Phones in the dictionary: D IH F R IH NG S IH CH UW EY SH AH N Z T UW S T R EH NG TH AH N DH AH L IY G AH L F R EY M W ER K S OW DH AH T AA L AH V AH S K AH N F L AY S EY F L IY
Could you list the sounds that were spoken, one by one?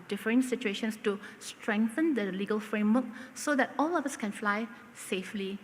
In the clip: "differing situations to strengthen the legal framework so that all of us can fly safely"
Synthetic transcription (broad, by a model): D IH F R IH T S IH CH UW EY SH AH N S T UW S T R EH NG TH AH N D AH L IY G AH L F R EY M W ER K S OW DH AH T AA L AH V AH S K AH N F L AY S EY F L IY